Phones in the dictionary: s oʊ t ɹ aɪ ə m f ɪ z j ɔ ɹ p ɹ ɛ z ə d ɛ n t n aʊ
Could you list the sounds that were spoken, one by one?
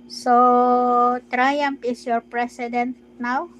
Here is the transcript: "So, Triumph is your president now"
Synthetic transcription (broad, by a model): s oʊ t ɹ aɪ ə m p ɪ s j ɔ ɹ p ɹ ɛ s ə d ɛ n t n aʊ